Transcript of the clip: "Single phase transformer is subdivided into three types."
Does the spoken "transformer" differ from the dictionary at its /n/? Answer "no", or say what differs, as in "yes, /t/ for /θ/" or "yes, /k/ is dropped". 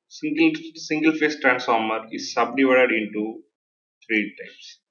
no